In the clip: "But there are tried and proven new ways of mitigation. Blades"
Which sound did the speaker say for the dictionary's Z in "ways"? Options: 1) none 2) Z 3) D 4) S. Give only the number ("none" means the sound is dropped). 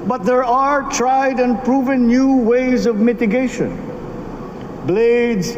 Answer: 2